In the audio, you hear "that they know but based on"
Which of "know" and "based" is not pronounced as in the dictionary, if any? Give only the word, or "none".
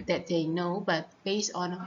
based